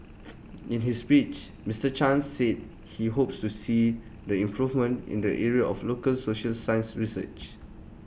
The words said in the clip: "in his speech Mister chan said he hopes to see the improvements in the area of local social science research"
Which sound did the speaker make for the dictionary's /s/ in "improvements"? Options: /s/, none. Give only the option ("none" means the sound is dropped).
none